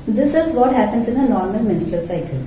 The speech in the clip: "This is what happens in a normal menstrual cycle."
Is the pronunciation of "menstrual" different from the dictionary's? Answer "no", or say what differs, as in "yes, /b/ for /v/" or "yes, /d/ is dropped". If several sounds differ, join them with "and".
yes, /ɹ/ is dropped